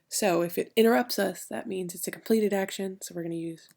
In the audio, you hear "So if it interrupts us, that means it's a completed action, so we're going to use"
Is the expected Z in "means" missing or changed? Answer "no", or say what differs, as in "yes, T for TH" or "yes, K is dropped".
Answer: no